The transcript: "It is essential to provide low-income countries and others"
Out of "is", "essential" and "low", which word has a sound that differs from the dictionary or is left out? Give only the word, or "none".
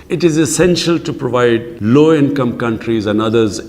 none